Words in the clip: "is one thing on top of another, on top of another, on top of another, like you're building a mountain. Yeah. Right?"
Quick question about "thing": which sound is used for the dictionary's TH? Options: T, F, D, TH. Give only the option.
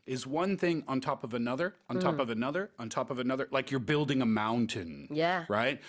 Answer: TH